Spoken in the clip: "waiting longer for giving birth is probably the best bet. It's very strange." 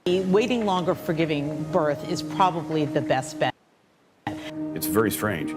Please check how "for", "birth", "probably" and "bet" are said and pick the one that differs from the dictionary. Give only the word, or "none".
none